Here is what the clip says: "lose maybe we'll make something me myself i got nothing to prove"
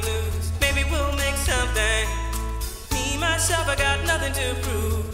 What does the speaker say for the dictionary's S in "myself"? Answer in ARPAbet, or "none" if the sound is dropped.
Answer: SH